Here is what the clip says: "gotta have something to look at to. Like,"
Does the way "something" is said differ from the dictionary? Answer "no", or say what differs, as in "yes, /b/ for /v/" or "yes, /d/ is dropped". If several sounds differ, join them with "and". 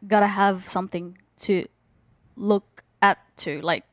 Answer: no